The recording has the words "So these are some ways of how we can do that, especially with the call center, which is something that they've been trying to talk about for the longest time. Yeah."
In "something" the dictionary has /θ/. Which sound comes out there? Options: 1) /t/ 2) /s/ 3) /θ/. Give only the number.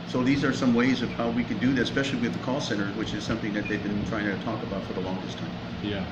3